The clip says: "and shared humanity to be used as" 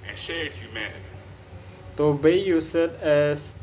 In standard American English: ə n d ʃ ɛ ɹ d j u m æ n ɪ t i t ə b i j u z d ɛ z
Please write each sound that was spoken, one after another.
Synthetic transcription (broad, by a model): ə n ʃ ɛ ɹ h j u m æ n ɪ t i t ə b i j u s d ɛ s